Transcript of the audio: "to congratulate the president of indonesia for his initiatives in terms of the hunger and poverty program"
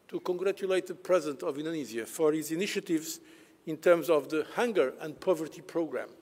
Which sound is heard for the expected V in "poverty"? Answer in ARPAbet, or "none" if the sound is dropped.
V